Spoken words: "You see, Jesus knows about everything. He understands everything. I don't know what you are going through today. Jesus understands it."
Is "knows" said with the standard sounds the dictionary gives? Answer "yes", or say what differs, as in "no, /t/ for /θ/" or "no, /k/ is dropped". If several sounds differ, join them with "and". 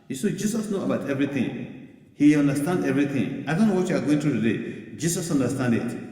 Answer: no, /z/ is dropped